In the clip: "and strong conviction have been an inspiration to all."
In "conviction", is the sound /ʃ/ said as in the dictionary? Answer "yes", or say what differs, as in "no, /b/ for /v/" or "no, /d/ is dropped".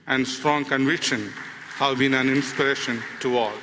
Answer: yes